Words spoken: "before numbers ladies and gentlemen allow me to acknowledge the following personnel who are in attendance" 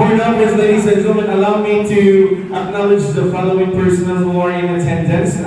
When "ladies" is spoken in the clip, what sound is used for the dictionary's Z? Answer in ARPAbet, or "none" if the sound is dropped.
S